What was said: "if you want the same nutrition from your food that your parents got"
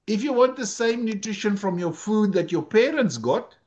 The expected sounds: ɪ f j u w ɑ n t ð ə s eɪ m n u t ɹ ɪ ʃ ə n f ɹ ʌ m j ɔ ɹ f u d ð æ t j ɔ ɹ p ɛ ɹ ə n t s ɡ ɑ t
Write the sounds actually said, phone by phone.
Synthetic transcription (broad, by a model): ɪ f j u w ɑ n t ð ə s eɪ m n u t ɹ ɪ ʃ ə n f ɹ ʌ m j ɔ f u d ð æ t j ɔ p ɛ ɹ ə n t s ɡ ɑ t